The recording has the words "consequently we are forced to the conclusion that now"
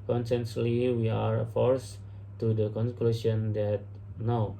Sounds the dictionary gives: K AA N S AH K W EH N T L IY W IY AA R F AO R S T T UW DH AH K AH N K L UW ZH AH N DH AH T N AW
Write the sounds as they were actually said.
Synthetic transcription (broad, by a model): K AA N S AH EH N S L IY W IY AA R F AO R S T T UW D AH K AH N K L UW SH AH N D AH T N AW